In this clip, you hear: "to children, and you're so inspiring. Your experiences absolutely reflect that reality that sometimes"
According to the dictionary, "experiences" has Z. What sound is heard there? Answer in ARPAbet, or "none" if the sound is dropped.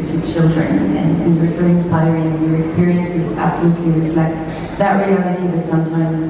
Z